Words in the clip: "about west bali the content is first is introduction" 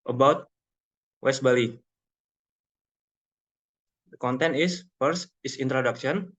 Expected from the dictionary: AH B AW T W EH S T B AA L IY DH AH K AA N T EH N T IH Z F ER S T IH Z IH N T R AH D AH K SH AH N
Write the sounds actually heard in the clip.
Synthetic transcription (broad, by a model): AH B AW T W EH S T B AA L IY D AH K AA N T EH N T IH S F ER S IH S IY N T R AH D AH K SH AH N